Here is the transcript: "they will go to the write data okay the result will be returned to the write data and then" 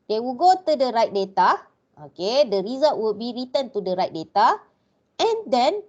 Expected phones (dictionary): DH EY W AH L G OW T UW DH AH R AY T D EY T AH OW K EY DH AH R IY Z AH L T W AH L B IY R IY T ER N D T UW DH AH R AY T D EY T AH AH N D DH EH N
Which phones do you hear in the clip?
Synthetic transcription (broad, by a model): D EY W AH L G OW T UW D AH R AY T D EY T AH OW K EY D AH R IY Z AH T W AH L B IY R IY T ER N T UW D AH R AY T D EY T AH AH N D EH N